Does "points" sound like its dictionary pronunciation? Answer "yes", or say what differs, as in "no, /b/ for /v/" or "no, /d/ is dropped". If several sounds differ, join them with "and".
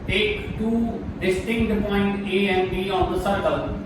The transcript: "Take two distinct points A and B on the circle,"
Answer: no, /s/ is dropped